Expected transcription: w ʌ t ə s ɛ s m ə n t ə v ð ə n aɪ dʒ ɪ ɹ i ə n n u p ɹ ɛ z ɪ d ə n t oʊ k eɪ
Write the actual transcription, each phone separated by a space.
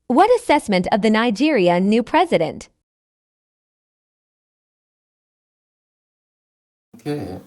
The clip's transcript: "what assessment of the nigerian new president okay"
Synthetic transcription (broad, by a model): w ʌ t ə s ɛ s m ə n t ə v ð ə n aɪ dʒ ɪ ɹ i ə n n u p ɹ ɛ z ɪ d ə n t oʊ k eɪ